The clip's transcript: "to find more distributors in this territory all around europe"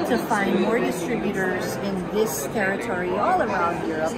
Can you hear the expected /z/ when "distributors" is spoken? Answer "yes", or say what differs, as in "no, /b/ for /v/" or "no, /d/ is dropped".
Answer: yes